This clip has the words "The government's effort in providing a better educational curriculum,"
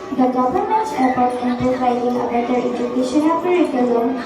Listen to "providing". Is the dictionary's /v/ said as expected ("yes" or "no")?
no